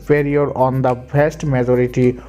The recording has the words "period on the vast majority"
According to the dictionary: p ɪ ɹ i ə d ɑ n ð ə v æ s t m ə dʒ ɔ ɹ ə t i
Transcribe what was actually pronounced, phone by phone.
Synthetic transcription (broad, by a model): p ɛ ɹ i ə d ɑ n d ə b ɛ s t m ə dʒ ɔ ɹ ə t i